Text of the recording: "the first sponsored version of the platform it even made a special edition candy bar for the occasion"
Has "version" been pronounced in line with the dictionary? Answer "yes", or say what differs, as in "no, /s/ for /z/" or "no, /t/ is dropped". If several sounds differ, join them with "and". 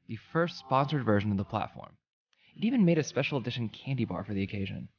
yes